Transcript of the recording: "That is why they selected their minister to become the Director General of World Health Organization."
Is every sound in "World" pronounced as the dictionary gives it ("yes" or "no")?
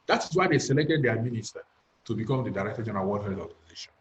no